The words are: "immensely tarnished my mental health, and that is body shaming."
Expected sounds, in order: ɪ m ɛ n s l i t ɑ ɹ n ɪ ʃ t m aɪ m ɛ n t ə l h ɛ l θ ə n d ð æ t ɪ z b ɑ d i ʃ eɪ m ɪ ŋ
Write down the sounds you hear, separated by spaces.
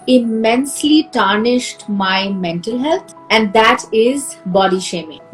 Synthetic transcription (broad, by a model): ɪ m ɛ n s l i t ɑ ɹ n ɪ ʃ t m aɪ m ɛ n t ə l h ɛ l t ə n d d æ t ɪ z b ɑ d i ʃ eɪ m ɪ ŋ